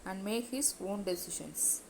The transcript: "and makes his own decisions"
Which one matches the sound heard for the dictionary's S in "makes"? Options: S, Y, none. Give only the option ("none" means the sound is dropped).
none